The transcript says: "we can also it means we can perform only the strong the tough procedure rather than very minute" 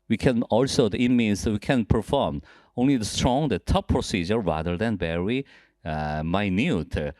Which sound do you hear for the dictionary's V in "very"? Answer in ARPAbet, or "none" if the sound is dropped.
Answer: B